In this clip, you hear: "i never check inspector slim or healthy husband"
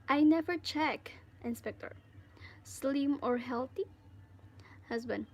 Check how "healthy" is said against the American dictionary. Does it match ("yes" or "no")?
no